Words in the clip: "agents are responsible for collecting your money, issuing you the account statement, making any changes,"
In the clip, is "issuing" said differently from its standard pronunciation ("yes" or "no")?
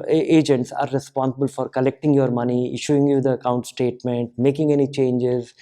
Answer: no